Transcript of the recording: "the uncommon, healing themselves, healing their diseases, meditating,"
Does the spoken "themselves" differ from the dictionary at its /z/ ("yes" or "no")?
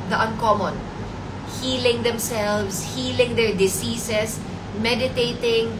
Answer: yes